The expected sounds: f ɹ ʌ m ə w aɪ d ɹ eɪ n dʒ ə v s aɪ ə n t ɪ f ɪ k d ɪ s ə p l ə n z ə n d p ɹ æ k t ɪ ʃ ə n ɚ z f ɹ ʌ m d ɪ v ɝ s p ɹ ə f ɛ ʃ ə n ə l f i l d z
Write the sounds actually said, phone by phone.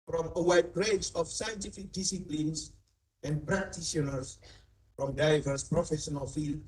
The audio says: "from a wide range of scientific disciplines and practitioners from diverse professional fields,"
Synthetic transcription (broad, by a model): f ɹ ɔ m ə w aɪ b ɹ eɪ dʒ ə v s aɪ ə n t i f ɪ k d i s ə p l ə n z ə n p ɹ ɹ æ k t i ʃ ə n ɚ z f ɹ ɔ m d ɪ v ɝ s p ɹ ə f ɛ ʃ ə n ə l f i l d